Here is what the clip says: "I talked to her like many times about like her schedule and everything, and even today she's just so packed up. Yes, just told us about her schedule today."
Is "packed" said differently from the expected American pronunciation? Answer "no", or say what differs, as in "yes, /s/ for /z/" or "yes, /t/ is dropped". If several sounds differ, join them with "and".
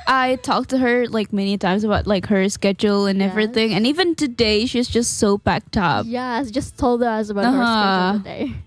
yes, /b/ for /p/